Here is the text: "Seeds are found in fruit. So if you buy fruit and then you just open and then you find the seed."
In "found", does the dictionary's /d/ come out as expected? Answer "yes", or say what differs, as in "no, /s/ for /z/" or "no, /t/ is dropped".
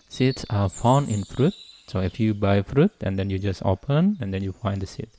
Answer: no, /d/ is dropped